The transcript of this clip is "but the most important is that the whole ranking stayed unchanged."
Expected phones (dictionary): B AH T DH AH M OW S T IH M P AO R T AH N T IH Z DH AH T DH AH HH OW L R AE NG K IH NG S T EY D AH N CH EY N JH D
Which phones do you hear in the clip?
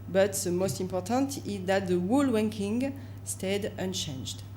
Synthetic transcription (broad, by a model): B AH T DH AH M OW S T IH M P AO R T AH N T IH Z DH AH T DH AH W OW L W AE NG K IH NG S T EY D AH N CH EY N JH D